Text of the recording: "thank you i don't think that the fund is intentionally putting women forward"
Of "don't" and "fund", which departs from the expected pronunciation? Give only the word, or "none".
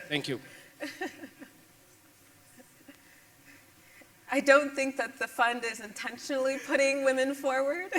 none